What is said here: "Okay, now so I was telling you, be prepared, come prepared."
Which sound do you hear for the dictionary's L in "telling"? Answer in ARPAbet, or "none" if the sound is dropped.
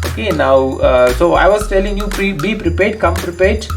L